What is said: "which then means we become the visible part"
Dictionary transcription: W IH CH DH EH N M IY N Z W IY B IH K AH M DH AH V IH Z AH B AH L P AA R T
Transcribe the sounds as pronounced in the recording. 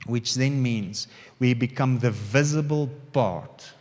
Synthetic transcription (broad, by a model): W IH CH DH EH N M IY N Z W IY B IH K AH M DH AH V IH Z AH B AH L P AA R T